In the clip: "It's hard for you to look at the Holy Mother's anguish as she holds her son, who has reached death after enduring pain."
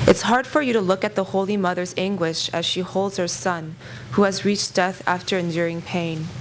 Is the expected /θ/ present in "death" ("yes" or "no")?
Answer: yes